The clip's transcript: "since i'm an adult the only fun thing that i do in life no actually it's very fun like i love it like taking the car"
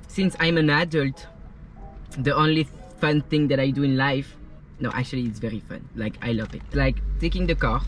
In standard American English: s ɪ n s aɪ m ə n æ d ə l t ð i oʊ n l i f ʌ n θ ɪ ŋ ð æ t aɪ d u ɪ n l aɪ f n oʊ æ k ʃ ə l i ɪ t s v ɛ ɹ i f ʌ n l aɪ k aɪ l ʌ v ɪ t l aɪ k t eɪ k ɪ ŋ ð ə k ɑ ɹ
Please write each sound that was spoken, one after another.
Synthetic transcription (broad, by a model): s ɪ n s aɪ m ə n æ d ə l t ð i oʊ n l i f ʌ n θ ɪ ŋ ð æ t aɪ d u ɪ n l aɪ f n oʊ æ k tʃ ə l i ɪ t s v ɛ ɹ i f ʌ n l aɪ k aɪ l ʌ v ɪ t l aɪ k t eɪ k ɪ ŋ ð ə k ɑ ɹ